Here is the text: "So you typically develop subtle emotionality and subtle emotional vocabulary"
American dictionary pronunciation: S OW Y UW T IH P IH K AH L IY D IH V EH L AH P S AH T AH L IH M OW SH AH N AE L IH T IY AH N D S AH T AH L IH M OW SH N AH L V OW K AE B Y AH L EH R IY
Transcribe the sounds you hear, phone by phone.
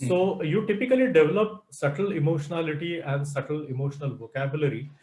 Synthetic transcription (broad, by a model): S OW Y UW T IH P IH K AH L IY D IH V EH L AH P S AH T AH L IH M OW SH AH N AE L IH T IY AH N D S AH T AH L IH M OW SH N AH L V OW K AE B Y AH L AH R IY